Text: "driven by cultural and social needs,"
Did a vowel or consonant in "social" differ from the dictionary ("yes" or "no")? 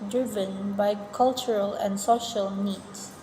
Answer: no